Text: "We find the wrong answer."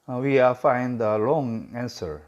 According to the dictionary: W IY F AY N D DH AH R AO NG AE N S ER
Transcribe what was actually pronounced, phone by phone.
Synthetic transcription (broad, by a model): W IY F AY N D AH L AO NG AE N S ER